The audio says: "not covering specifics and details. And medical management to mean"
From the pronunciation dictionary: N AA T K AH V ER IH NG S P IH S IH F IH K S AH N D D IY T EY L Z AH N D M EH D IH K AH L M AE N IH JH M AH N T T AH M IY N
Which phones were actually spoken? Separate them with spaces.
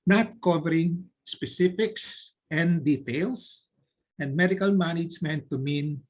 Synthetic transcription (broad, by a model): N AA T K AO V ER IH NG S P IH S IH F IH K S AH N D D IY T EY L S AH N D M EH D IH K AH L M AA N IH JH M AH N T T AH M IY N